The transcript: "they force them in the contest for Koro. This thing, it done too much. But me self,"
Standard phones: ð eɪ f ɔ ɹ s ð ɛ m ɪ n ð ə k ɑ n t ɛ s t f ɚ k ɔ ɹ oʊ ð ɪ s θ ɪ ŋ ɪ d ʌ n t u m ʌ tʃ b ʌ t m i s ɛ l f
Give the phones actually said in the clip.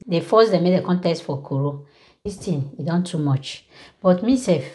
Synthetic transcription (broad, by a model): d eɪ f ɔ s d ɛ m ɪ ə k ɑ n t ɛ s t f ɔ k ɔ ɹ oʊ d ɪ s t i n ɪ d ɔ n t u m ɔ tʃ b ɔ t m i s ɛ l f